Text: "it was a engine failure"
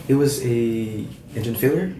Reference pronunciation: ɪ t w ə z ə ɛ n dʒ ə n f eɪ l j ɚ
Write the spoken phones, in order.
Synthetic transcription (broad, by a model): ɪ t w ə z ə ɛ n dʒ ə n f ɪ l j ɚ